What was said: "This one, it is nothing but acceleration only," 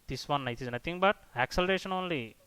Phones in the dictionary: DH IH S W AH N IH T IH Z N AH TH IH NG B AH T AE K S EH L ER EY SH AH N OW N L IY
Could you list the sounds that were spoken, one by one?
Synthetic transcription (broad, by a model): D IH S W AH N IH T IH Z N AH T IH NG B AH T AE K S EH L ER EY SH AH N OW N L IY